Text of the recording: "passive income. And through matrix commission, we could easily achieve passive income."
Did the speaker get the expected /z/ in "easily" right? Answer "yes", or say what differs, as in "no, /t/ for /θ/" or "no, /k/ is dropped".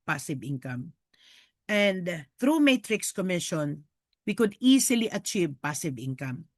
no, /s/ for /z/